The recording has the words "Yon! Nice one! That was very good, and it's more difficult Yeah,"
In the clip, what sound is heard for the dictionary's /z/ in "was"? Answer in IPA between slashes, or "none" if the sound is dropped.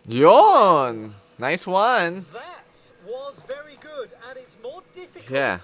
/z/